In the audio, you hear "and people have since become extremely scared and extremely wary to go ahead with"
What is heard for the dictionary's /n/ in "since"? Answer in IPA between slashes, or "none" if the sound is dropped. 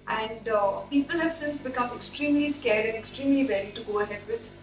/n/